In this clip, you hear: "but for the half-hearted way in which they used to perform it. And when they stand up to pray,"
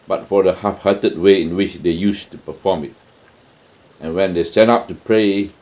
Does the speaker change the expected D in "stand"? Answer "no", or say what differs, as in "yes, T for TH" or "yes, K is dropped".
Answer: yes, D is dropped